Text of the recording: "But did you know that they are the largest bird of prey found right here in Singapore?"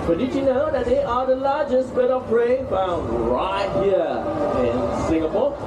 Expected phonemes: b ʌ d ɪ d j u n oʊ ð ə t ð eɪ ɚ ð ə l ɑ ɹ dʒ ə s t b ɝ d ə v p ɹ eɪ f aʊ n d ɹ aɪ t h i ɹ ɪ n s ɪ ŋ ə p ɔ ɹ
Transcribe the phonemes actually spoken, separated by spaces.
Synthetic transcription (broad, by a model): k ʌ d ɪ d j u n oʊ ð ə t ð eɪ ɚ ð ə l ɑ dʒ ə s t b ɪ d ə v b ɹ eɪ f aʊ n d ɹ aɪ t h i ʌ ɪ n s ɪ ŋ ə p ɔ